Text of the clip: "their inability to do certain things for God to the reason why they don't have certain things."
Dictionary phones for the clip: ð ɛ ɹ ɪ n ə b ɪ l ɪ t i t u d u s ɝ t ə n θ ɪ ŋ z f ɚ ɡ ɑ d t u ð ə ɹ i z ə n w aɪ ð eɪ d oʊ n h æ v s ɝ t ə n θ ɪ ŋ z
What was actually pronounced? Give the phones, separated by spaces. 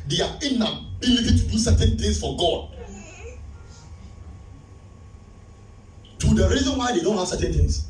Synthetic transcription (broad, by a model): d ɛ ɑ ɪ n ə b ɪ n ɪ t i t u d u s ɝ t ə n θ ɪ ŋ s f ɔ ɡ ɑ d t u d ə ɹ i z ə n w aɪ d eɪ d oʊ n h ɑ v s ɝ t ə n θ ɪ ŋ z